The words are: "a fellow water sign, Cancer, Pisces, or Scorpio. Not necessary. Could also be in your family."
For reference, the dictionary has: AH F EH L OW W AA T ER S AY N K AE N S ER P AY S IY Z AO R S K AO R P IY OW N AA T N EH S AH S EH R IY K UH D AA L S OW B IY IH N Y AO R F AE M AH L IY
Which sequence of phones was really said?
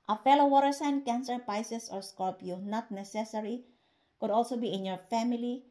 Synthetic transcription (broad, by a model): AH F EH L OW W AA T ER S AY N K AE N S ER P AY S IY S AO R S K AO L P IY N AA T N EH S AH S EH R IY K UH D AA L S OW B IY IH N Y AO R F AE M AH L IY